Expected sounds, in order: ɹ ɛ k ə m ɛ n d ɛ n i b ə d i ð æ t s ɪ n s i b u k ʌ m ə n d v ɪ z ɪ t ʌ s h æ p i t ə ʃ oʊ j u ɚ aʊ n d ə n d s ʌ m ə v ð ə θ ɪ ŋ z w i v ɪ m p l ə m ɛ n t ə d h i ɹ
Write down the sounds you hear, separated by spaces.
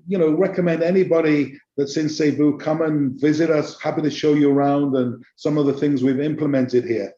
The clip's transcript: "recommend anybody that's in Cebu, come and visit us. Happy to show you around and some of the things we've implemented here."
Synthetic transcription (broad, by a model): ɹ ɛ k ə m ɛ n d ɛ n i b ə d i ð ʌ t s ɪ n s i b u k ʌ m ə n v ɪ z ɪ t ʌ s h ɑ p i t ə ʃ oʊ j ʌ ɚ aʊ n d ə n s ʌ m ə v ð ə θ ɪ ŋ z w i v ɪ m p l ə m ɛ n t ə d h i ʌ